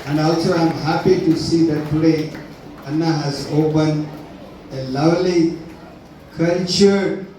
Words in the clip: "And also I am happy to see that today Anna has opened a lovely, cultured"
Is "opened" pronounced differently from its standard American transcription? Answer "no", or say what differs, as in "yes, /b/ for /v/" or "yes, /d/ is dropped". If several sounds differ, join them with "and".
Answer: yes, /d/ is dropped